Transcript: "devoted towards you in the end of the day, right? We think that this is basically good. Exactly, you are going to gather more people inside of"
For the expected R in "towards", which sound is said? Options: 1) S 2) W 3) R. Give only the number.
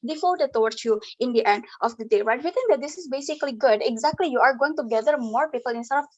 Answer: 2